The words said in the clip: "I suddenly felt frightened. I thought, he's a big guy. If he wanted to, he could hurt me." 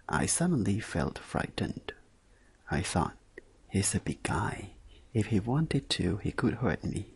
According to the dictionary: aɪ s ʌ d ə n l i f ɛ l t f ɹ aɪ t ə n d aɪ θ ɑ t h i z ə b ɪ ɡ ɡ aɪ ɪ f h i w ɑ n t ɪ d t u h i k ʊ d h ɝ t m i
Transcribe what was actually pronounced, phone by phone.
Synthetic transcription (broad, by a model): aɪ s ʌ d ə n l i f ɛ l t f ɹ aɪ t n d aɪ θ ɑ t h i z ə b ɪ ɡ ɡ aɪ ɪ f h i w ɑ n t ɪ d t u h i k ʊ d h ɝ t m i